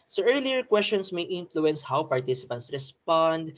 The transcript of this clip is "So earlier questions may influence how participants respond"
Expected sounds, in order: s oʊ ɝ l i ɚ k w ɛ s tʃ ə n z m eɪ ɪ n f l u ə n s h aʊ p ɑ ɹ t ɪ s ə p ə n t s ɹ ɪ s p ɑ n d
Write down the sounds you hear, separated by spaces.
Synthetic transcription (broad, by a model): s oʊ ɝ l i ɚ k w ɛ s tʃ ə n s m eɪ ɪ n f l u ə n s h aʊ p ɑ ɹ t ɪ s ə p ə n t s ɹ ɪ s p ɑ n d